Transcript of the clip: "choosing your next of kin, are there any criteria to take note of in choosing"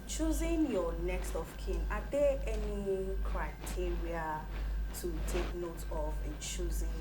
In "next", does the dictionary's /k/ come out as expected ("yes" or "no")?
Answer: yes